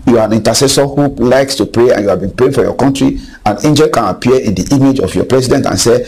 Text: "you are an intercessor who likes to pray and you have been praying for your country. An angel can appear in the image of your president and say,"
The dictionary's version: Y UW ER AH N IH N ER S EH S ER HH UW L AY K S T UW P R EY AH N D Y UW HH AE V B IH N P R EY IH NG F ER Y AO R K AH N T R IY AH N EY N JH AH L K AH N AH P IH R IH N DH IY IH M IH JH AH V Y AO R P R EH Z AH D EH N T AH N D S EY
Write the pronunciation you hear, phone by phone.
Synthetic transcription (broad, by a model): Y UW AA AH N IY N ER S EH S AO HH UW L AY K S T UW P R EY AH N Y UW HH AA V B IH N P R EY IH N F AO Y AO K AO N T R IY AH N EY N JH AH L K AH N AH P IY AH IH N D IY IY M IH JH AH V Y AO P R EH S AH D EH N T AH N S EY